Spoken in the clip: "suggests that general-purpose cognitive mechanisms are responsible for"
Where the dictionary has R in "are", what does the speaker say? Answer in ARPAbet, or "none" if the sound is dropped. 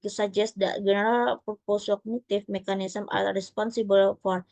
L